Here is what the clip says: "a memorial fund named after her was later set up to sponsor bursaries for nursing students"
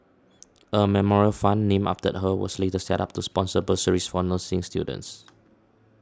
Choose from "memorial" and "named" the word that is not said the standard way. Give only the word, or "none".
named